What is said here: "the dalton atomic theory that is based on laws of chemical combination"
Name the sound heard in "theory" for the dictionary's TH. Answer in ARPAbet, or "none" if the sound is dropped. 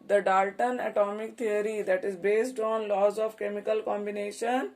T